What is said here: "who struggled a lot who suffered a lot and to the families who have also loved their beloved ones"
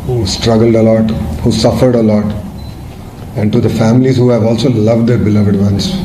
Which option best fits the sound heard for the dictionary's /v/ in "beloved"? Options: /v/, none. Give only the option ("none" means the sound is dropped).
/v/